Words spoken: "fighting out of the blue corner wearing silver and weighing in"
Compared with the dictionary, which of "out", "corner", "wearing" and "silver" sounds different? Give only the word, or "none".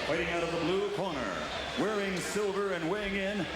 none